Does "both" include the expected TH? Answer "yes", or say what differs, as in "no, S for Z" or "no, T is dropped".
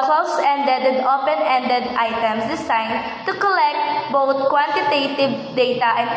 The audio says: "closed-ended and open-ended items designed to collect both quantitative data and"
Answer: no, T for TH